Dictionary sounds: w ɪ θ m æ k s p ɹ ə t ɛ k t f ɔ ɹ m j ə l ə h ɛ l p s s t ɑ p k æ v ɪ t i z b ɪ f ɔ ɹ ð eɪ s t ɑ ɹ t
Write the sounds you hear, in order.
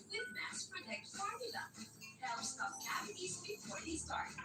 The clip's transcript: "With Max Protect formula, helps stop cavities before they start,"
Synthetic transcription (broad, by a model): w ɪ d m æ s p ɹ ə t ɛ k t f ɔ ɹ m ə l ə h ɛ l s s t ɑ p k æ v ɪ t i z b ɪ f ɔ ɹ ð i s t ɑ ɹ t